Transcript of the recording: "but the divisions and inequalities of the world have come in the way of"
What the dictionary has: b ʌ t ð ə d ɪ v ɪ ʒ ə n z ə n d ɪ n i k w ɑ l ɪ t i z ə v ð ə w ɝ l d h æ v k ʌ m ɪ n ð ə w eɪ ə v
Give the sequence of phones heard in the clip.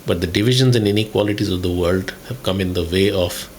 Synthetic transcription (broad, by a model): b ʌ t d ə d ɪ v ɪ ʒ ə n z ə n d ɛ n i k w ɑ l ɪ t i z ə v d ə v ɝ l d h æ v k ʌ m ɪ n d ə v eɪ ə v